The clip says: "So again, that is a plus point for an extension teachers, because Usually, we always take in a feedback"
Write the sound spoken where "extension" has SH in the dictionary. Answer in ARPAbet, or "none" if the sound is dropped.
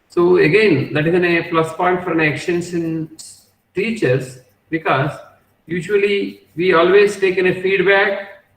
S